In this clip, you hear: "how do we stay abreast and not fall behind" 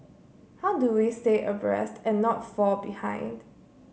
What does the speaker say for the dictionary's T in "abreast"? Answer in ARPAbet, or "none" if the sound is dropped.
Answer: T